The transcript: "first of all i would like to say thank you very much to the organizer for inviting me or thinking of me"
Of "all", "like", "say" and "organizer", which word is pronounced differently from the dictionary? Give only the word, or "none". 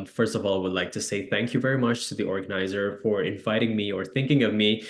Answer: none